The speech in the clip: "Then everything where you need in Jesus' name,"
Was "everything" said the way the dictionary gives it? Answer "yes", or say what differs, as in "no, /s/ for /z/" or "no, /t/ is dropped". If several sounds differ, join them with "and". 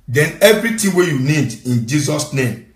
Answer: no, /t/ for /θ/